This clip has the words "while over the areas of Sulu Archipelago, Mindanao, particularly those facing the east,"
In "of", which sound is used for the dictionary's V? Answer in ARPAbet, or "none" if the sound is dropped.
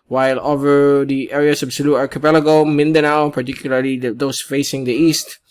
B